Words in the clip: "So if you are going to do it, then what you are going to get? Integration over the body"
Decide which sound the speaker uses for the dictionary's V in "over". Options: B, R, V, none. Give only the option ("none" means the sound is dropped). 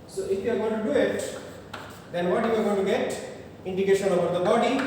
B